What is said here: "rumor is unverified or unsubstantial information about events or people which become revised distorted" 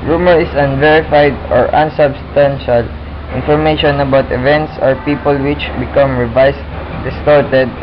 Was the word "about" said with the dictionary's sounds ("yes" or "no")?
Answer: yes